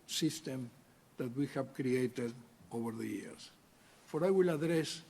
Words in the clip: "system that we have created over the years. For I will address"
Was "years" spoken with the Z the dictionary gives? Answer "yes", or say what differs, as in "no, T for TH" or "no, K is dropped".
no, S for Z